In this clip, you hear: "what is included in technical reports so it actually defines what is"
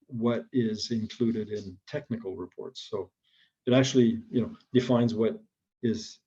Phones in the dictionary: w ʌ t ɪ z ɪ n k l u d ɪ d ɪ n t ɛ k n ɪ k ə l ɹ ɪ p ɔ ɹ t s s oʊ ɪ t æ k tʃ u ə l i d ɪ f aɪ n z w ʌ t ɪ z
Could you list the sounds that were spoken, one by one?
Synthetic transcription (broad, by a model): w ʌ t ɪ z ɪ n k l u d ɪ d ɪ n t ɛ k n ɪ k l ɹ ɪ p ɔ ɹ t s s oʊ ɪ t æ k tʃ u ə n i d ɪ f aɪ n z w ʌ t ɪ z